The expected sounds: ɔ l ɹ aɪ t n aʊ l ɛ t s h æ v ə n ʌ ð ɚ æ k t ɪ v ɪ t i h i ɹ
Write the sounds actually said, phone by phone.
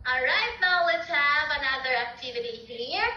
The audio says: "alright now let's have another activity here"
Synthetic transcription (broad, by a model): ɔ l ɹ aɪ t n aʊ w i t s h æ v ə n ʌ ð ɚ æ k t ɪ v ɪ t i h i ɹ